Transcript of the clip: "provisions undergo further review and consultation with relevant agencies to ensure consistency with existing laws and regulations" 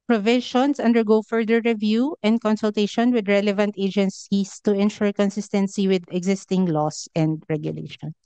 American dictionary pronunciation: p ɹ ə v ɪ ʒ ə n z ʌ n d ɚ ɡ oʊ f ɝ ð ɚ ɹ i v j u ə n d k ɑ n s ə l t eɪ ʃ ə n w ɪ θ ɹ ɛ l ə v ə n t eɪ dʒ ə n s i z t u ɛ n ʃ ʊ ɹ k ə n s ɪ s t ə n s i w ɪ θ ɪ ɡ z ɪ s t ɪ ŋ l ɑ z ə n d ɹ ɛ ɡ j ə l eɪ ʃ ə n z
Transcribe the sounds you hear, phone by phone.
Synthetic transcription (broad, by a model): p ɹ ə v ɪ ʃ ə n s ʌ n d ɚ ɡ oʊ f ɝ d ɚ ɹ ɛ v j u ə n d k ɑ n s ə l t eɪ ʃ ə n w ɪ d ɹ ɛ l ə v ə n t eɪ dʒ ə n s i s t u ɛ n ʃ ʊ ɹ k ə n s ɪ s t ə n s i w ɪ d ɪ ɡ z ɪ s t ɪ ŋ l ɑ s ə n d ɹ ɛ ɡ j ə l eɪ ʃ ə n